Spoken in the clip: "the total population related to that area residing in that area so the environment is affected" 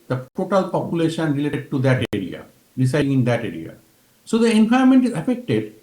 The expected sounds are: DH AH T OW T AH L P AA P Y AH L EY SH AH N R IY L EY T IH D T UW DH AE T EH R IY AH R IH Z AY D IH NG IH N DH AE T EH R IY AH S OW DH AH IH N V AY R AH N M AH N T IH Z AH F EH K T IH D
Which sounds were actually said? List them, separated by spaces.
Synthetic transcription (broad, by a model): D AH T OW T AH L P AA P Y AH L EY SH AH N R IY L EY T IH D T UW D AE T EH R IY AH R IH S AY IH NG IH N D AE T EH R IY AH S OW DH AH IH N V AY AH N M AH N T IH Z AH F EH K T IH D